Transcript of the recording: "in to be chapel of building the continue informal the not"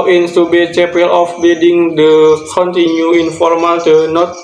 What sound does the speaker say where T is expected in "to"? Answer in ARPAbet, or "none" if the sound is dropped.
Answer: S